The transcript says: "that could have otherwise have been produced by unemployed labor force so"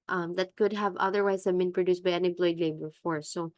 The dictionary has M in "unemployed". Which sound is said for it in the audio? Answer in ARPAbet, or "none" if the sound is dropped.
none